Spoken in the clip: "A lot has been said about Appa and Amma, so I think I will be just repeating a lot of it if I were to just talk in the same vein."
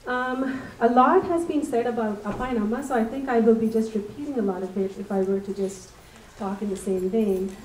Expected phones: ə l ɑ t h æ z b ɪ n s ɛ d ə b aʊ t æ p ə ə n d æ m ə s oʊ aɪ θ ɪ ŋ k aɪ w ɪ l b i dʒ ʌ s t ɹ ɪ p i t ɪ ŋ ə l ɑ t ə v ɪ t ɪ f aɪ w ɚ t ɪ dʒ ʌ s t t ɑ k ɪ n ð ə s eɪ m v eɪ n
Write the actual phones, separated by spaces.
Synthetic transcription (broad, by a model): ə l ɑ t h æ z b ɪ n s ɛ d ə b aʊ t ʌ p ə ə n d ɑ m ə s oʊ aɪ θ ɪ ŋ k aɪ w ɪ l b i dʒ ʌ s t ɹ ɪ p i t ɪ ŋ ə l ɑ t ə b ɪ t ɪ f aɪ w ɚ t ɪ dʒ ʌ s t t ɑ k ɪ n ð ə s eɪ m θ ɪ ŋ